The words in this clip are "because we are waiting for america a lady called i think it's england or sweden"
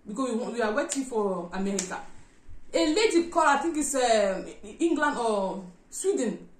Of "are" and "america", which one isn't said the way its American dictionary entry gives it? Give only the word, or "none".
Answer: are